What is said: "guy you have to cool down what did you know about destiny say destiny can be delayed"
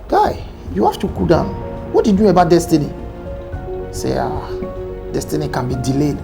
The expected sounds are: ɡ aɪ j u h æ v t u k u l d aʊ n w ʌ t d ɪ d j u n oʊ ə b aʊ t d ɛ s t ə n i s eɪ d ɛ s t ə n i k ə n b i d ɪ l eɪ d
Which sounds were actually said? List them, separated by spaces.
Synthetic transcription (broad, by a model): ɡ aɪ j u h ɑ f t u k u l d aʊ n w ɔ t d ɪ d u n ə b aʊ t d ɛ s t ə n i s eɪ d ɛ s t ə n i k ə n b i d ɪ l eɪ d